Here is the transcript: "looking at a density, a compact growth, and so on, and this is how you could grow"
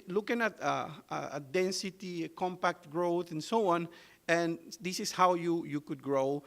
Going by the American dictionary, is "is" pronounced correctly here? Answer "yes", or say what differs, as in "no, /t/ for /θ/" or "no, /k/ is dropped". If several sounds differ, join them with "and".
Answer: no, /s/ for /z/